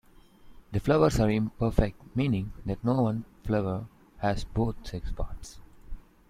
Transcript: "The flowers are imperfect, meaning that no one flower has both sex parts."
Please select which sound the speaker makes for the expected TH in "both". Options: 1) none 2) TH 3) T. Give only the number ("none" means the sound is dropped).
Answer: 3